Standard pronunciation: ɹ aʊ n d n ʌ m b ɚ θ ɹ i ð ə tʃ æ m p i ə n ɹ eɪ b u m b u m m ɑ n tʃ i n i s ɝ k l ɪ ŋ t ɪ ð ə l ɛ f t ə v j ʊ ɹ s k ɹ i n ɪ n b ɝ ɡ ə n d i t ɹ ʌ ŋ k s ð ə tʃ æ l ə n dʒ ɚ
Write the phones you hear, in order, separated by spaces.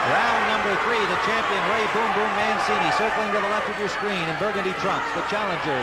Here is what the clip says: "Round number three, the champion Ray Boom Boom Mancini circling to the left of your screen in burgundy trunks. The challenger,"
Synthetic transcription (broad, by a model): ɹ aʊ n n ʌ m b ɚ θ ɹ i ð ə tʃ æ m p i ə n ɹ eɪ b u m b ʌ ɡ m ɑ n s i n i s ɝ k l ɪ ŋ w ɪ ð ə l ɛ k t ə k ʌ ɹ s k ɹ i n ɪ n b ɝ ɡ ə n d i t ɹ ʌ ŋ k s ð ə tʃ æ l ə n dʒ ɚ